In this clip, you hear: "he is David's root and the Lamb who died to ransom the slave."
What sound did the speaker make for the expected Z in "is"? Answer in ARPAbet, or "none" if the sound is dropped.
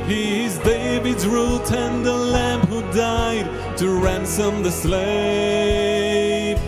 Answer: Z